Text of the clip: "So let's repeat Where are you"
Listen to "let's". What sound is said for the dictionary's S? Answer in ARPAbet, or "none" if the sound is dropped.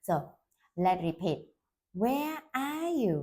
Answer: none